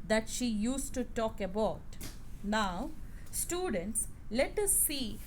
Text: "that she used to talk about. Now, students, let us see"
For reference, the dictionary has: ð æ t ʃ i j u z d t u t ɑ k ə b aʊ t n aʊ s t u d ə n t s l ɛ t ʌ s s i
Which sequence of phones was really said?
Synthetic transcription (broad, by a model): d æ t ʃ i j u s t u t ɑ k ə b aʊ t n aʊ s t u d ə n t s l ɛ t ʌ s s i